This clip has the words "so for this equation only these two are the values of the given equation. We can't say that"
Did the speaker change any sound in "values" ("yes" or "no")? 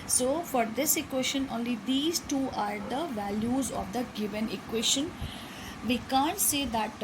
no